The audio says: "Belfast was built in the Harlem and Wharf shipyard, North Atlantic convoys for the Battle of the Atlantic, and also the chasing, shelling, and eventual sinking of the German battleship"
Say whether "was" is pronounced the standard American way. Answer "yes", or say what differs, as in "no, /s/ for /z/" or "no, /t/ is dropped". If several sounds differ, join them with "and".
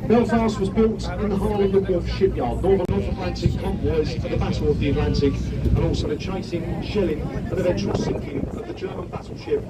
yes